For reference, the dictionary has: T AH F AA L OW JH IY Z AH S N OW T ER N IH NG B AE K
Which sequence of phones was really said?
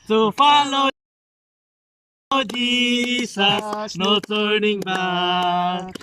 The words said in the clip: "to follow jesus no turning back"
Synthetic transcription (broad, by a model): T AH F AA L OW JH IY S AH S N OW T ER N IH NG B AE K